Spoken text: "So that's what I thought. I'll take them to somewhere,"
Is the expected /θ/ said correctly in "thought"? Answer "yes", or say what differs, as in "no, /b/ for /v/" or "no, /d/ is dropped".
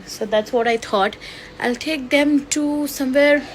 no, /t/ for /θ/